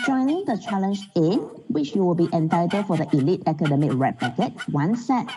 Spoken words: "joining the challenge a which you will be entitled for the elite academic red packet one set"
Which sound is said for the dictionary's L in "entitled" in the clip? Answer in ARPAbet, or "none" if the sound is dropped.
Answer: none